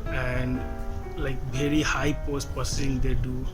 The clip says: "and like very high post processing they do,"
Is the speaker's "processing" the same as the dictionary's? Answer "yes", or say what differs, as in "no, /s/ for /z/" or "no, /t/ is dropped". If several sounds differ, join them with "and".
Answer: no, /ɹ/ is dropped